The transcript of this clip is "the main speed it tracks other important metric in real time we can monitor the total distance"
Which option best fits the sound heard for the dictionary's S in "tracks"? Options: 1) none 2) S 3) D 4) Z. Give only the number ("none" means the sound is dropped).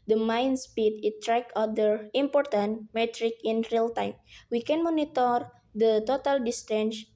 1